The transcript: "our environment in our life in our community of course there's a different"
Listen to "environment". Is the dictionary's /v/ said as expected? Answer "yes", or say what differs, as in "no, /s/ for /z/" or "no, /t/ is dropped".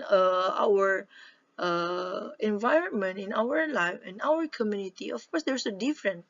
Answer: yes